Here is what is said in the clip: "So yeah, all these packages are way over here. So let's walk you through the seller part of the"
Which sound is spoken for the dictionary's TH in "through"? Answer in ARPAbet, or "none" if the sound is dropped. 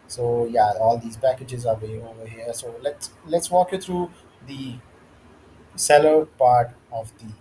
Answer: T